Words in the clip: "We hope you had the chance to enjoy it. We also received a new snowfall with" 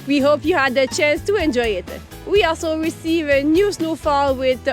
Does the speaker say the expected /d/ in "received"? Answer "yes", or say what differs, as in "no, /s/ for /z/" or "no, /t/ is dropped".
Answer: no, /d/ is dropped